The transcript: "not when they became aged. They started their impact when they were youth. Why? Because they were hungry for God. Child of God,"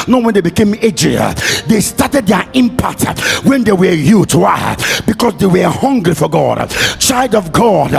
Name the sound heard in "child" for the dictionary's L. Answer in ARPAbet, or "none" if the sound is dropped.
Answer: L